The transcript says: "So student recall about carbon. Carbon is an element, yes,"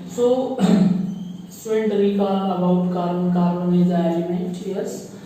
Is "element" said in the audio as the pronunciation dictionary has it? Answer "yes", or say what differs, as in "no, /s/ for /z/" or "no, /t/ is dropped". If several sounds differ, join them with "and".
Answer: no, /n/ is dropped